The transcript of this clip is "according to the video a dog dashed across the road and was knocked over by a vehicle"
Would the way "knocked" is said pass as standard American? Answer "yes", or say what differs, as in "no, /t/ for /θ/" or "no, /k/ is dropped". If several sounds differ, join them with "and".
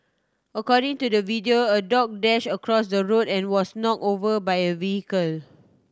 no, /t/ is dropped